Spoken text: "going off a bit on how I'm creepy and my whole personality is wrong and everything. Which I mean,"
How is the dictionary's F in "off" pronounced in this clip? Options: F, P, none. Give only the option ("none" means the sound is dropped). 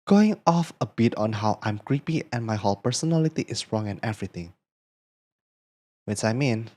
F